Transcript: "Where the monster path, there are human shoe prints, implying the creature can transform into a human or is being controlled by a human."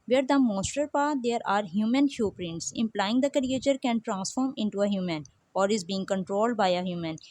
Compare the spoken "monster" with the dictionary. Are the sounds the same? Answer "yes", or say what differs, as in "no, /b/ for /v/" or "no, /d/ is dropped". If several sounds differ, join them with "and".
no, /n/ is dropped